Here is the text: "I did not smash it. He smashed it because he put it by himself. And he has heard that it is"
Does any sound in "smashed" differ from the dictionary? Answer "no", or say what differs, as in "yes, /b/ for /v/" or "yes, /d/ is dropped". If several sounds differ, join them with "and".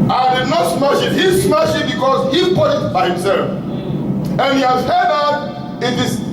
yes, /t/ is dropped